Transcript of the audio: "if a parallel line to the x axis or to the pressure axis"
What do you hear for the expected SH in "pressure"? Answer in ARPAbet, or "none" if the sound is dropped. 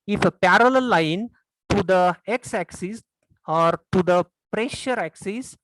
SH